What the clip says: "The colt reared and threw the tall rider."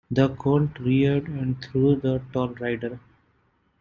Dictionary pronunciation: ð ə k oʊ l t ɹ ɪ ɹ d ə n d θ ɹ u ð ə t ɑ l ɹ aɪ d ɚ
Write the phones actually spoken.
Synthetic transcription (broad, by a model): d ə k oʊ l t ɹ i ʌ d ə n d t ɹ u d ə t ɑ l ɹ aɪ d ɚ